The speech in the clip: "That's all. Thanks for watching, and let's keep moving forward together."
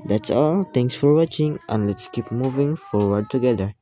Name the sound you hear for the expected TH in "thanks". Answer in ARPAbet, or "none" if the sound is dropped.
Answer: T